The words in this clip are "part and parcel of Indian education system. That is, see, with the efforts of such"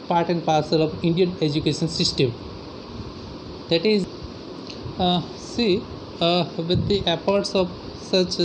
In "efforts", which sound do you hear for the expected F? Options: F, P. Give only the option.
P